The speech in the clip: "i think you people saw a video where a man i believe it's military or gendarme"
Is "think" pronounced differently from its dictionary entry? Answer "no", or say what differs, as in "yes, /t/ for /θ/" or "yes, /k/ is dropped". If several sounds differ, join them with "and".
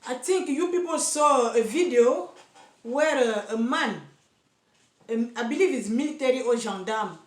yes, /t/ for /θ/